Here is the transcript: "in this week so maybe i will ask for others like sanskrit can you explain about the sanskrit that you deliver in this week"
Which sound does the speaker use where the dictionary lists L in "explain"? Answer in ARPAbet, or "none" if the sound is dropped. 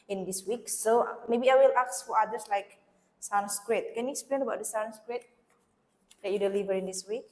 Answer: L